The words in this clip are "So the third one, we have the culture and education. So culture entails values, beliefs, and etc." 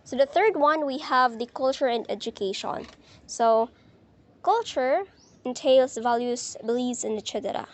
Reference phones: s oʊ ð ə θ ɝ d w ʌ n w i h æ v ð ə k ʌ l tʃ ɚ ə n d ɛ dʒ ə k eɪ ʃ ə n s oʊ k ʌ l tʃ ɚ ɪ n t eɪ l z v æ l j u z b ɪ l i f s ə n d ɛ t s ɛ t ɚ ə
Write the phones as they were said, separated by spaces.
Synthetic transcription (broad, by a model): s oʊ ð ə θ ɝ d w ʌ n w i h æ v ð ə k ʌ l tʃ ɚ ə n d ɛ dʒ ə k eɪ ʃ ə n s oʊ k ʌ l tʃ ɚ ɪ n t eɪ l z v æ l j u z b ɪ l i s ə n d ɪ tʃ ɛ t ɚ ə